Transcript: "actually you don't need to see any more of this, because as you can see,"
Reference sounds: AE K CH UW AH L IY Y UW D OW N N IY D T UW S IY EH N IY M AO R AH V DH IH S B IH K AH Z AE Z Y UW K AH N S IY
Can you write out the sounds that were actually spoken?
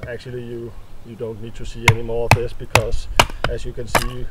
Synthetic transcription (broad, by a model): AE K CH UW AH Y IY Y UW D OW N N IY D T UW S IY EH N IY M AO R AH V DH IH S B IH K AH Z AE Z Y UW K AH N S IY